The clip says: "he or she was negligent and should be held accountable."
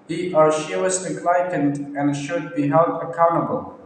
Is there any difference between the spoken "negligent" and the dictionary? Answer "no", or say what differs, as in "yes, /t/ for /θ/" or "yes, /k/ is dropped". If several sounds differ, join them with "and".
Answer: yes, /dʒ/ is dropped